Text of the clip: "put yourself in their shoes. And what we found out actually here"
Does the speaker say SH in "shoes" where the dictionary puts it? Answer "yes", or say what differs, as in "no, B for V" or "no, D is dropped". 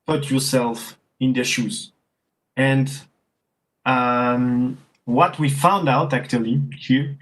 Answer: yes